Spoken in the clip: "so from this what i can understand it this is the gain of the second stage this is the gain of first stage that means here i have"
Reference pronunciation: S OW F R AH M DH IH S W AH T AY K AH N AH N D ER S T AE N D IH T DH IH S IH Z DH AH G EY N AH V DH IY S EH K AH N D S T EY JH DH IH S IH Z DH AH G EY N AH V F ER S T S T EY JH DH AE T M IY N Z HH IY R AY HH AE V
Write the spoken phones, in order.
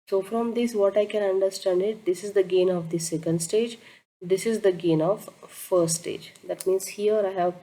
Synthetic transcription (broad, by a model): S OW F R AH M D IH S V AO T AY K AH N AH N D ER S T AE N D IH T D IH S IH Z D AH G EY N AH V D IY S EH K AH N D S T EY JH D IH S IH Z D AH G EY N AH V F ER T S T EY JH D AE T M IY N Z HH IY R AY HH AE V